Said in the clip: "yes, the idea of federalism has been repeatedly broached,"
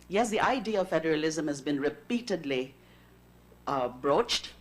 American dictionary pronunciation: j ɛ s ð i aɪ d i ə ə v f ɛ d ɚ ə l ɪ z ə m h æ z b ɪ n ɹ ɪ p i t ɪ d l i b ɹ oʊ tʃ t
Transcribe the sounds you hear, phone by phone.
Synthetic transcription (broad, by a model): j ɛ s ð i aɪ d i ə ə v f ɛ d ɚ ə l ɪ z ə m h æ z b ɪ n ɹ ɪ p i t ɪ d l i b ɹ oʊ tʃ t